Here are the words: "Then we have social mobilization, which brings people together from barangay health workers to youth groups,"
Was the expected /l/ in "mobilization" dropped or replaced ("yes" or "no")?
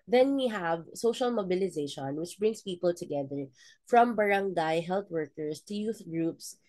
no